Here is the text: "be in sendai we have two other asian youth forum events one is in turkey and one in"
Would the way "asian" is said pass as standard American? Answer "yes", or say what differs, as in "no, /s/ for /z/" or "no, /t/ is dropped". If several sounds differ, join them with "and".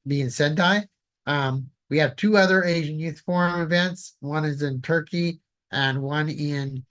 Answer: yes